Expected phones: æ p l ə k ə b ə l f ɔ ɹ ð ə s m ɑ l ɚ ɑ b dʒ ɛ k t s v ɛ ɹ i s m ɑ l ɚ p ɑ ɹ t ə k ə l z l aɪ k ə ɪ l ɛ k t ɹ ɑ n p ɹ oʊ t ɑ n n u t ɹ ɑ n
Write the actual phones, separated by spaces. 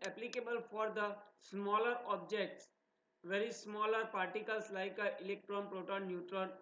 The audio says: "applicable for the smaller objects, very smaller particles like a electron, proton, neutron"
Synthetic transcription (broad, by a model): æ p l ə k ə b ə l f ɔ ɹ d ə s m ɑ l ɚ ɑ b dʒ ɛ k t s v ɛ ɹ i s m ɑ l ɚ p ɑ ɹ t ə k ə l s l aɪ k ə ɪ l ɛ k t ɹ ɑ n p ɹ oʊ t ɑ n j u t ɹ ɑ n